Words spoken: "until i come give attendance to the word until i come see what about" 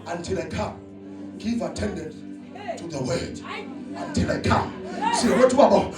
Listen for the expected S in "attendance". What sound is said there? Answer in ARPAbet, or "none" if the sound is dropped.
none